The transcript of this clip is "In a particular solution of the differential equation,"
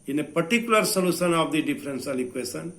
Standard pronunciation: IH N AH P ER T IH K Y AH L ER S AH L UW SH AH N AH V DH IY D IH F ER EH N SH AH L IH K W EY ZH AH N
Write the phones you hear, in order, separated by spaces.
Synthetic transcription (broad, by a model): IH N AH P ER T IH K Y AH L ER S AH L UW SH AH N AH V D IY D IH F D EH N S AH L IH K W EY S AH N